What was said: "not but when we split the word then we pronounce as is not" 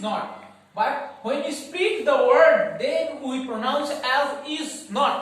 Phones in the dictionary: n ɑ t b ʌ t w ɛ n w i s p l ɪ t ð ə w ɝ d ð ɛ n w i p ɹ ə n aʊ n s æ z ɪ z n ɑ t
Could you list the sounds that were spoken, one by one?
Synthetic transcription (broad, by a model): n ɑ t b ʌ t w ɛ n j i s p i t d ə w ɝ d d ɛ n w i p ɹ ə n aʊ n s æ z ɪ z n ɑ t